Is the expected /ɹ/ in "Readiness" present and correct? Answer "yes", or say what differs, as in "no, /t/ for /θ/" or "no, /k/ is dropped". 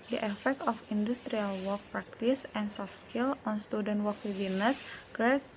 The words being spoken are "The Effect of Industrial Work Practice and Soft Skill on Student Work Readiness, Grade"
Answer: no, /w/ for /ɹ/